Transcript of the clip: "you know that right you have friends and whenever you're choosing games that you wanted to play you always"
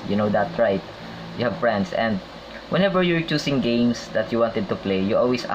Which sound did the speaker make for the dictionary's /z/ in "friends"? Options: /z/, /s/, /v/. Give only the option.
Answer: /s/